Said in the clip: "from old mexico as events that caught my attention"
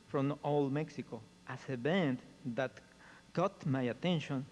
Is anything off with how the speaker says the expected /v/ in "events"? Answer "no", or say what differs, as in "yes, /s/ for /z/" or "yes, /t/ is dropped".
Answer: yes, /b/ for /v/